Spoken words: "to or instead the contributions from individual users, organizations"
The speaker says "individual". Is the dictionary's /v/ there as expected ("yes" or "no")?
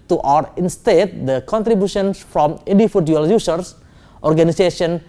no